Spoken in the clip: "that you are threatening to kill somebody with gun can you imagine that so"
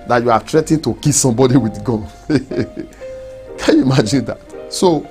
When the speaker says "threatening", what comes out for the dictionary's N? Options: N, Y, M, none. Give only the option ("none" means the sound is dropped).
none